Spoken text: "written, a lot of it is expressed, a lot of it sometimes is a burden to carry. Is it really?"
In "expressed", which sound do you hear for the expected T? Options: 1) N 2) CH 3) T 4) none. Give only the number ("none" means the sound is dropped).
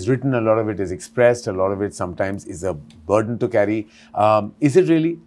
3